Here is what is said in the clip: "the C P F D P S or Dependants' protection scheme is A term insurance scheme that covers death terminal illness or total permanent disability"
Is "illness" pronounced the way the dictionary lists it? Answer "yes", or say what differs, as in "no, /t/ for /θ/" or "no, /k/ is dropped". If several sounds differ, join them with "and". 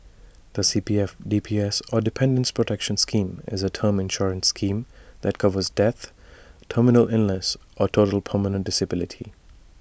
no, /l/ is dropped